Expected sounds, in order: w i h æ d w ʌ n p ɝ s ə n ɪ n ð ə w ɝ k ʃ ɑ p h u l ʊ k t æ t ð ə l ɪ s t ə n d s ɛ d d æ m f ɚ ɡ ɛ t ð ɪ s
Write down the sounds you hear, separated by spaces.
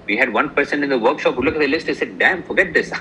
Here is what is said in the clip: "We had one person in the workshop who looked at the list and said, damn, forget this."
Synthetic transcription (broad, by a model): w i h æ d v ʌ n p ɝ s ə n ɪ n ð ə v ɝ k ʃ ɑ p h u l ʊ k æ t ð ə l ɪ s t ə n s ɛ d d æ m f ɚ ɡ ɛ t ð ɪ s